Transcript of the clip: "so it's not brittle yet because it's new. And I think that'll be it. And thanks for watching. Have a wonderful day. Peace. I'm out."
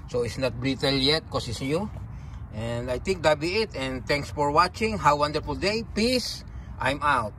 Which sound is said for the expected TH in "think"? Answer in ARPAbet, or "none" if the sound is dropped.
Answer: T